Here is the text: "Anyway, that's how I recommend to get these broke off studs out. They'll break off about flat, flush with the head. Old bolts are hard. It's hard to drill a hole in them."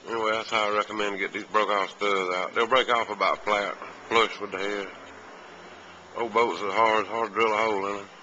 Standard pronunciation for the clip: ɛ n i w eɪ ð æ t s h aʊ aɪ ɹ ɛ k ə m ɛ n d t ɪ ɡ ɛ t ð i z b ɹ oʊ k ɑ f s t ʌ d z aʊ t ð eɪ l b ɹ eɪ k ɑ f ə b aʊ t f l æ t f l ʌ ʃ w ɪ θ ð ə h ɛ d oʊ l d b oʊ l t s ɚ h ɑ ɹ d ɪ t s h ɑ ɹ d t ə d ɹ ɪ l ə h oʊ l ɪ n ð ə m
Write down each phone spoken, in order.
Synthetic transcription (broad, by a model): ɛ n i w eɪ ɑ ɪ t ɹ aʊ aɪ ɹ ɛ k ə m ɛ n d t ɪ ɡ ɛ t ð i z b ɹ oʊ k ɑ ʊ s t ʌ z aʊ t ð eɪ l b ɹ eɪ k ɑ f ə b aʊ t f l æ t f l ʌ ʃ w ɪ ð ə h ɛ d oʊ b oʊ t s ɚ h ɑ ɹ d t h ɑ ɹ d d ɹ ɪ l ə h oʊ l ɪ n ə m